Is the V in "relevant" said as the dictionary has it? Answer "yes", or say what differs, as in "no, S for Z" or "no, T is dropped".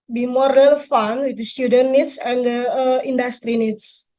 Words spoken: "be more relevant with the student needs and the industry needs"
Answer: no, F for V